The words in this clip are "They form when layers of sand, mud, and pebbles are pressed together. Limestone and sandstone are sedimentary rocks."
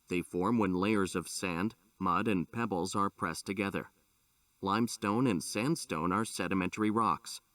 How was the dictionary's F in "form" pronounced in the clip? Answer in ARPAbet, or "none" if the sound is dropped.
F